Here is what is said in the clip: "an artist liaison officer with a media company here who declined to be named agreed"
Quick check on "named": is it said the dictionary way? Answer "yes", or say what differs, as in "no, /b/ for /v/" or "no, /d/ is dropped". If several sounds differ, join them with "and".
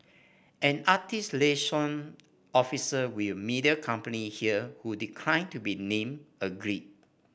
no, /d/ is dropped